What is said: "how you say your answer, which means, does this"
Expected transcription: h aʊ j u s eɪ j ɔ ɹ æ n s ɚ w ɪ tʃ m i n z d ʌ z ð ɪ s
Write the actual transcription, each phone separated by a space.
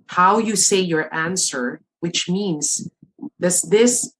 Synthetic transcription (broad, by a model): h aʊ j u s eɪ j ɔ ɹ æ n s ɚ w ɪ tʃ m i n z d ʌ s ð ɪ s